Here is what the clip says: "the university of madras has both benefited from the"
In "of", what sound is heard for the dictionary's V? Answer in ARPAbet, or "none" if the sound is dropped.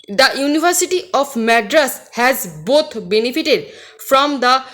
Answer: P